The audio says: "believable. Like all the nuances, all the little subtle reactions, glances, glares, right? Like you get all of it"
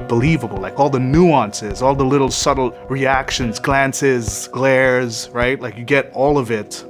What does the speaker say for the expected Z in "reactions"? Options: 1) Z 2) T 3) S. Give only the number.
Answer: 1